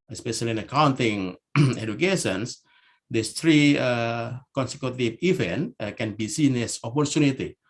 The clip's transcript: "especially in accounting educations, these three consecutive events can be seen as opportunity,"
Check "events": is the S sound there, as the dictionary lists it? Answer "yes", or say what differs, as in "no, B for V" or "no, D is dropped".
no, S is dropped